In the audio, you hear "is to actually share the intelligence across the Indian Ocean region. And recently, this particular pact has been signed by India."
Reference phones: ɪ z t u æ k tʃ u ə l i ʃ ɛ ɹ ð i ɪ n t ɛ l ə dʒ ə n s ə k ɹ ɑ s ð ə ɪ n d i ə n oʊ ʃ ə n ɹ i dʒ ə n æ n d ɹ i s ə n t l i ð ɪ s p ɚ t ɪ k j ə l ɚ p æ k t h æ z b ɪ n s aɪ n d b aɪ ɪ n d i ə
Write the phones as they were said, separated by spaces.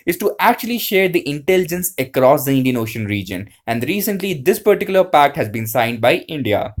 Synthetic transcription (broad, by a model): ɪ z t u æ k tʃ u ə l i ʃ ɛ ɹ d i ɪ n t ɛ l ə dʒ ə n s ə k ɹ ɑ s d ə ɪ n d i ə n oʊ ʃ ə n ɹ i dʒ ə n æ n d ɹ i s ə n t l i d ɪ s p ɚ t ɪ k j ə l ɚ p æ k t h æ z b ɪ n s aɪ n d b aɪ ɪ n d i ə